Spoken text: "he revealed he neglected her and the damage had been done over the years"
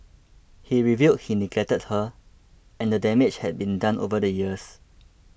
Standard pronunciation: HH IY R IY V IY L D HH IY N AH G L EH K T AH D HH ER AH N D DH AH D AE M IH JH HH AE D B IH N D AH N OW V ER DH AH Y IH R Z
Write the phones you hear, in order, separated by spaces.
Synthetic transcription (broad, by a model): HH IY R IY V IY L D HH IY N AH G L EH T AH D HH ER AH N D AH D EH M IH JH HH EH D B IH N D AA N OW V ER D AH Y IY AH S